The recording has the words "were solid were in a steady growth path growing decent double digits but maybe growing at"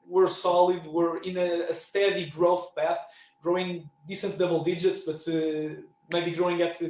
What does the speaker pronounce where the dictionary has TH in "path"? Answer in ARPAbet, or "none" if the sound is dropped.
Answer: TH